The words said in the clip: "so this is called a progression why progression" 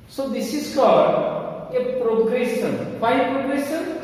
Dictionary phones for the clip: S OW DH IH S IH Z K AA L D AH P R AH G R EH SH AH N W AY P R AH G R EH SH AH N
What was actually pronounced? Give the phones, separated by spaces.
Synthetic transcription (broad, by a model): S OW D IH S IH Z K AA D AH P R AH G R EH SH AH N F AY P R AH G R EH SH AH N